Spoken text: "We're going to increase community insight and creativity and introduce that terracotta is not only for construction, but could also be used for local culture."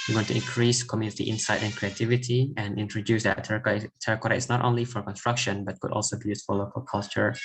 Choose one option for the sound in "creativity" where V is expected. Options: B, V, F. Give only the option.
V